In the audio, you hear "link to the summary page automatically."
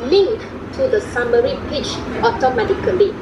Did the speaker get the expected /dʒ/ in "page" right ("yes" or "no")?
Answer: no